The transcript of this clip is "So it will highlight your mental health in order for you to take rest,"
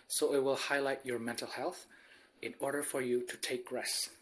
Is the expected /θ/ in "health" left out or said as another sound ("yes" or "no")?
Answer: no